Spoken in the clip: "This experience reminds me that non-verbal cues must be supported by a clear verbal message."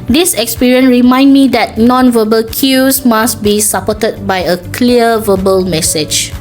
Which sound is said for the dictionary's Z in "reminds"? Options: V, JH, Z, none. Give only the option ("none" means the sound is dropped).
none